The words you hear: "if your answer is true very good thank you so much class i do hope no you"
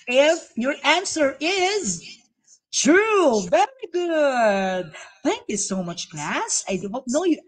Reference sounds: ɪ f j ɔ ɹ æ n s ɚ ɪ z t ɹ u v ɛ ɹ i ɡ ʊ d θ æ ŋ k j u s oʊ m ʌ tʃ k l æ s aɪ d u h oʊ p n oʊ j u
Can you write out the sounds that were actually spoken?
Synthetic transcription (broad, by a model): ɪ f j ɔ ɹ æ n s ɚ ɪ z t ɹ u v ɛ ɹ i ɡ ʊ d θ æ ŋ k j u s oʊ m ʌ tʃ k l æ s aɪ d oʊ n oʊ j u